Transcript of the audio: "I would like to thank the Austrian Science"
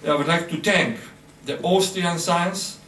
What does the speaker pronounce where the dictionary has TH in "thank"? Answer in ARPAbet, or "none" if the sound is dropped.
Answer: T